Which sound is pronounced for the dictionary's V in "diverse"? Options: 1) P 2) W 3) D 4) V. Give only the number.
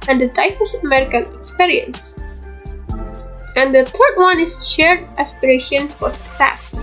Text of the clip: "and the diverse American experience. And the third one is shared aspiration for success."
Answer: 1